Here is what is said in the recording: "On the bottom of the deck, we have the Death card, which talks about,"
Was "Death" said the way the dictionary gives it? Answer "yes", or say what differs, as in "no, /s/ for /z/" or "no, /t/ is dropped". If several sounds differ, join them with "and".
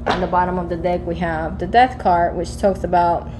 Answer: yes